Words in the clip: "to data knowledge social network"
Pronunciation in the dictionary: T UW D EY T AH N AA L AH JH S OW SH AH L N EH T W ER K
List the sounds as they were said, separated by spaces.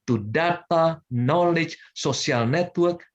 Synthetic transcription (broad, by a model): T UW D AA T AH N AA L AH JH S OW S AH L N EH T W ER K